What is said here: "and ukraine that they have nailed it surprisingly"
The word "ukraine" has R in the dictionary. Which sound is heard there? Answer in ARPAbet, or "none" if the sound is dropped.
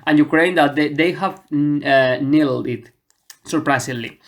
R